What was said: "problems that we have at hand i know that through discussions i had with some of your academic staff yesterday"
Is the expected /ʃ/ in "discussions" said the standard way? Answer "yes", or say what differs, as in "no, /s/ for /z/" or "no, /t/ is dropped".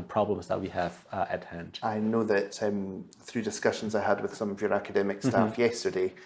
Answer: yes